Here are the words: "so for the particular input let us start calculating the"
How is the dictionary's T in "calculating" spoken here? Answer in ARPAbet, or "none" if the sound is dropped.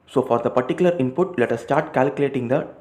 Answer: T